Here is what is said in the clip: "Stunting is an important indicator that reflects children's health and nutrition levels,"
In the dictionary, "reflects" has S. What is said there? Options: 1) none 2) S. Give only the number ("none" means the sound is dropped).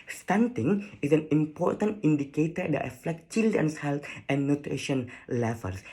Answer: 1